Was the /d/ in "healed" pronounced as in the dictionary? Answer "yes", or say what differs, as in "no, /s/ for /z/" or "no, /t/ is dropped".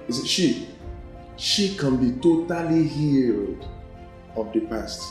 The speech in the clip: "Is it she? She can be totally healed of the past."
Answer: yes